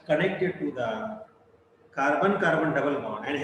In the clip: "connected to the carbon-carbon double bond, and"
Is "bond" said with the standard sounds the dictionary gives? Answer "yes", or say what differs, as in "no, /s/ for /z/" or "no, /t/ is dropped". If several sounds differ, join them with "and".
no, /d/ is dropped